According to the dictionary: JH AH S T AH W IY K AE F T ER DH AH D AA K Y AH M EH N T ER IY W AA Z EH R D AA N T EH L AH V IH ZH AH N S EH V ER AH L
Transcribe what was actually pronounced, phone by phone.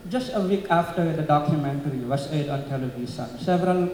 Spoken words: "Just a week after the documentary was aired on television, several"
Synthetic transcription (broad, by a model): JH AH S T AH W IY K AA F T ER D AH D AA K Y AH M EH N T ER IY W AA S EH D AA N T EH L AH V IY S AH N S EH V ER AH L